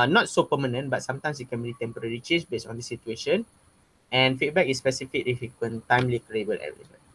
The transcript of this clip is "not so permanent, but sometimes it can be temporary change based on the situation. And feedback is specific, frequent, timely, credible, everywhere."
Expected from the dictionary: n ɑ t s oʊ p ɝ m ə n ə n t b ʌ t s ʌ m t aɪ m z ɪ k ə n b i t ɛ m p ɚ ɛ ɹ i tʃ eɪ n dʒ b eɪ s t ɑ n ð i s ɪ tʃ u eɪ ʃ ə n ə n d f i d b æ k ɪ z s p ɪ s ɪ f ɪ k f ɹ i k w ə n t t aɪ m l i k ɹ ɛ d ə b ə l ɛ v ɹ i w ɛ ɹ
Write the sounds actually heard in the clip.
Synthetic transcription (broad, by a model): n ɑ t s oʊ p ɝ m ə n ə n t b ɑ t s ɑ m t aɪ m s ɪ k ə n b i t ɛ m p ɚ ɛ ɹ i tʃ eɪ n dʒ b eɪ s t ɑ n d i s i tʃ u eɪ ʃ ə n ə n f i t b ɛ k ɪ s p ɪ s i f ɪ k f i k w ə n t t aɪ m l i k ɹ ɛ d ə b ə l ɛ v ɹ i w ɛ